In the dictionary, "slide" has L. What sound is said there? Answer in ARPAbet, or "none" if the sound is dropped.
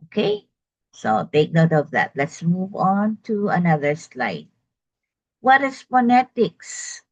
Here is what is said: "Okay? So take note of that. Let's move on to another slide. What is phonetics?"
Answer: L